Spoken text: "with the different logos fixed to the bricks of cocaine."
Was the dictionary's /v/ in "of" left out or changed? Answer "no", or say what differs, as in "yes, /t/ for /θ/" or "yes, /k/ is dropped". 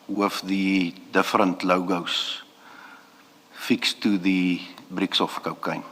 yes, /f/ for /v/